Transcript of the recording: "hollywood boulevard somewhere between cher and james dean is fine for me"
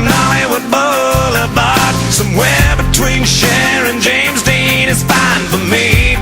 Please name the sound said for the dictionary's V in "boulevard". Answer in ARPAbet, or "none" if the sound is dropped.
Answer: B